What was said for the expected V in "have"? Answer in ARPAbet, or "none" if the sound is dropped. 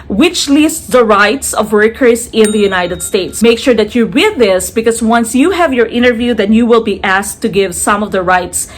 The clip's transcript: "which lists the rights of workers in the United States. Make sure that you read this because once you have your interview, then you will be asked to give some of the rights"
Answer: V